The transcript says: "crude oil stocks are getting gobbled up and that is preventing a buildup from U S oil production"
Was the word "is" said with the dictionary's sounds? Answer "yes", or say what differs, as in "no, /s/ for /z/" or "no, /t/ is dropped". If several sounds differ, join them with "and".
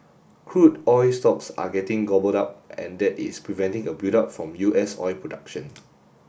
no, /s/ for /z/